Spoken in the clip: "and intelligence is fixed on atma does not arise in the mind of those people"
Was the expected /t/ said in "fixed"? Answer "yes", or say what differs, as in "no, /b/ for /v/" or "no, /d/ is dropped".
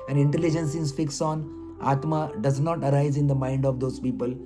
no, /t/ is dropped